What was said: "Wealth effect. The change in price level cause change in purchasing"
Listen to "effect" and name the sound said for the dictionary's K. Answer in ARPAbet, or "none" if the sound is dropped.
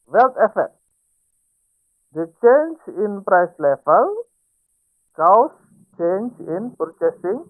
none